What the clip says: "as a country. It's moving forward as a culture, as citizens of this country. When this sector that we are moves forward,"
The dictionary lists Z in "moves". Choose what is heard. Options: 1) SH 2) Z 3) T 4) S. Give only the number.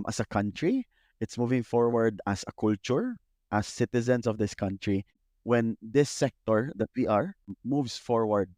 4